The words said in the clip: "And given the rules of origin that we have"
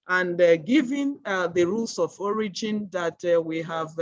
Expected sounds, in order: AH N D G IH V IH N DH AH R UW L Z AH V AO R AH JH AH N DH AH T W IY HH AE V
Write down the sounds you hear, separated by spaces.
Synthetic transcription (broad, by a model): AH N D G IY V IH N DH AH R UW L S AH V AO R AH JH AH N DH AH T W IY HH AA V